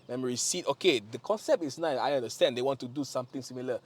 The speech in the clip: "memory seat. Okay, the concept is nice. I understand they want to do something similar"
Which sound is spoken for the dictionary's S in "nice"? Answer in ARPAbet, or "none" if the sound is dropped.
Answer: none